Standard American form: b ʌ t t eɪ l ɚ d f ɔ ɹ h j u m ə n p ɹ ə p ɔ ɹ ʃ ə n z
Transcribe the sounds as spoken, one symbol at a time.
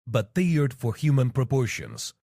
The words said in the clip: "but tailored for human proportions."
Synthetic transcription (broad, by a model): b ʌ t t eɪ ɚ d f ɔ ɹ h j u m ə n p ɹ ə p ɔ ɹ ʃ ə n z